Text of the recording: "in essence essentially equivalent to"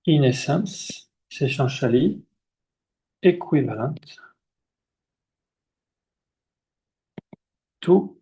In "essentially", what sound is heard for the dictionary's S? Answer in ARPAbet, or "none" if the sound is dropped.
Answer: SH